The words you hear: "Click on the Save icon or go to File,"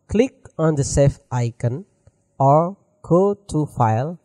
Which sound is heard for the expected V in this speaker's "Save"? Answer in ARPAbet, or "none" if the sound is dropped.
F